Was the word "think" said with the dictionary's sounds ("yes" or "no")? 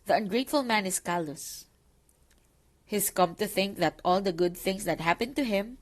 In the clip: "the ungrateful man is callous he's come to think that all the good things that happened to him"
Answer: yes